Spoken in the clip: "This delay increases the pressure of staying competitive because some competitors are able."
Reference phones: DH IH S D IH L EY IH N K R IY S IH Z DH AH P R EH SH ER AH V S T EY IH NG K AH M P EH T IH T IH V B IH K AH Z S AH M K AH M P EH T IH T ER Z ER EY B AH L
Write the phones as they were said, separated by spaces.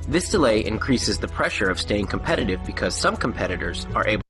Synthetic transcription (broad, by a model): DH IH S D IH L EY IH N K R IY S IH Z DH AH P R EH SH ER AH V S T EY IH NG K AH M P EH T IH T IH V B IH K AH Z S AH M K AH M P EH T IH T ER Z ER EY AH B